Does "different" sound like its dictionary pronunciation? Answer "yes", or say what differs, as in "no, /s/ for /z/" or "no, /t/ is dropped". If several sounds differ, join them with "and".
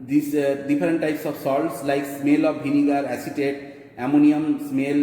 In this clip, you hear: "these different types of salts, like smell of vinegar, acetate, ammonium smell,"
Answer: no, /p/ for /f/